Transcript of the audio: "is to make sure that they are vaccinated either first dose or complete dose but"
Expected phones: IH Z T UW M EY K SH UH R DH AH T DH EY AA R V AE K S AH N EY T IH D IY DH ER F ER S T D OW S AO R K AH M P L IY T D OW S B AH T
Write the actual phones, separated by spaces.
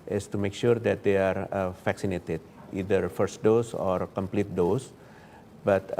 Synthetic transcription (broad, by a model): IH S T UW M EY K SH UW R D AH T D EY AA R F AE K S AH N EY T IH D IY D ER F ER S T D OW S AO R K AH M P L IY T D OW S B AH T